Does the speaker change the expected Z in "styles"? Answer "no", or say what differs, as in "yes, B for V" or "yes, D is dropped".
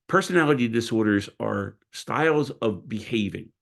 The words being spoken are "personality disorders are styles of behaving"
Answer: no